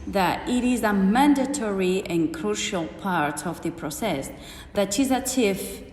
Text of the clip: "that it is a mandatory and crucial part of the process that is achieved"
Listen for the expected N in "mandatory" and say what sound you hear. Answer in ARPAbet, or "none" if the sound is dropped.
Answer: N